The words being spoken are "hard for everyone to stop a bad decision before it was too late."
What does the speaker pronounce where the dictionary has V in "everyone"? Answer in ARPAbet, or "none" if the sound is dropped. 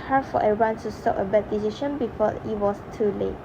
none